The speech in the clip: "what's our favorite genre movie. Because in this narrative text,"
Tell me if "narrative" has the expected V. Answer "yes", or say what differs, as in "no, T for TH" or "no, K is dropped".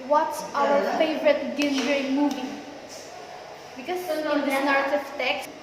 no, F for V